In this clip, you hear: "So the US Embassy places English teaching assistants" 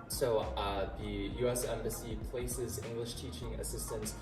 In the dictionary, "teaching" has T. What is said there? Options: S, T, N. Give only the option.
T